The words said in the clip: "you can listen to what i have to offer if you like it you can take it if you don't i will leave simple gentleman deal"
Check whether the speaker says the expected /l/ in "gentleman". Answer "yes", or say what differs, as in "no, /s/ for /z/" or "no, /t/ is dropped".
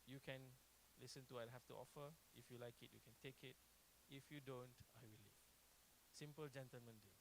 yes